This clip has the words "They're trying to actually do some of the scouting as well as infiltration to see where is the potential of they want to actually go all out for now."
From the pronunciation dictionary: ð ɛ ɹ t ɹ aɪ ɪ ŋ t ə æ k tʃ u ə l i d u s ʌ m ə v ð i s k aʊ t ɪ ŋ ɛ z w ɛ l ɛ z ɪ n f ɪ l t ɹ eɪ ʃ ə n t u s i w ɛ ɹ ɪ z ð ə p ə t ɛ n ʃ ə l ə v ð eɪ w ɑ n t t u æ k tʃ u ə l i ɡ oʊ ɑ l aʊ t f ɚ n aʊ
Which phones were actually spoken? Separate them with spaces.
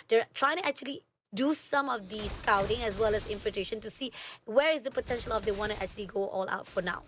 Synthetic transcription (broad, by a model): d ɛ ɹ t ɹ aɪ ɪ ŋ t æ k tʃ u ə l i d u s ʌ m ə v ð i s k aʊ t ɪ ŋ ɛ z w ɛ l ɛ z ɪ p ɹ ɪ t eɪ ʃ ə n t u s i w ɛ ɹ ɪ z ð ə p ə t ɛ n ʃ ə l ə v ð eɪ w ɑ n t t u æ k tʃ u ə l i ɡ oʊ ɑ l aʊ t f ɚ n aʊ